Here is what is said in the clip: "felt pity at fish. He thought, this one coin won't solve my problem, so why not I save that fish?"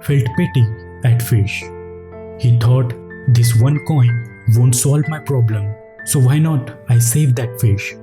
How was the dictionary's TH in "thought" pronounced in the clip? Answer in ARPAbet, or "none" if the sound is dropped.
T